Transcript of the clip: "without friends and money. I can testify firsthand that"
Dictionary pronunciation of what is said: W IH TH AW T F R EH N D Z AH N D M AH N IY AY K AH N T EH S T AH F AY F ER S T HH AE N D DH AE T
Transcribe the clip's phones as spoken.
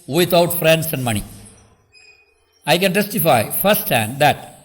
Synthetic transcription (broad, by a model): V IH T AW T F R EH N D S AH N D M AH N IY AY K AH N T EH S T AH F AY F ER S T HH AE N D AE T